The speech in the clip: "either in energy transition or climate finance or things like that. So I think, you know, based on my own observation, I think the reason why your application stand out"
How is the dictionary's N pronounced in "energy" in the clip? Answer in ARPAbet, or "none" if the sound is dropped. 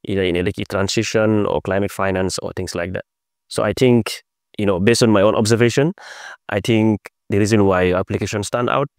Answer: L